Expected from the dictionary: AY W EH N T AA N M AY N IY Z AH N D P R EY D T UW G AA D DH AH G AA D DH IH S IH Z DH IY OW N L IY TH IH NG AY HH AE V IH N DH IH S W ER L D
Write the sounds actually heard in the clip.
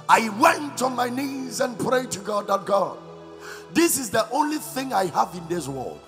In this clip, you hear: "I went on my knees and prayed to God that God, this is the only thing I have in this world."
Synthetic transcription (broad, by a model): AY W EH N T AA N M AY N IY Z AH N P R EY D T UW G AA D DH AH G AA D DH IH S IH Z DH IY OW N L IY TH IH NG AY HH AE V IH N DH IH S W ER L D